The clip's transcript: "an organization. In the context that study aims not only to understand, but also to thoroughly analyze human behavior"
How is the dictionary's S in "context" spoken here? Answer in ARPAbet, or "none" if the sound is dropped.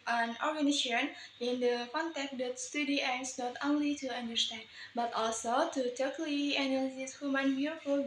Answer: none